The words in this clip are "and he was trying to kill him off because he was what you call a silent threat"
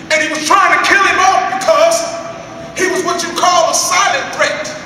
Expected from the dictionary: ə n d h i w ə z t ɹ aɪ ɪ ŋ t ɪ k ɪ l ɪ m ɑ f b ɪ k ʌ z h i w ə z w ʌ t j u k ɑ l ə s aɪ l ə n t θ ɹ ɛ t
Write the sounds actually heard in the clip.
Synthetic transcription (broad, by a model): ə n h i w ə z t ɹ aɪ ɪ ŋ t ɪ k ɪ l ɪ m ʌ p b ɪ k ʌ z h i w ə z w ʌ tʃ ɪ k ɑ l ə s aɪ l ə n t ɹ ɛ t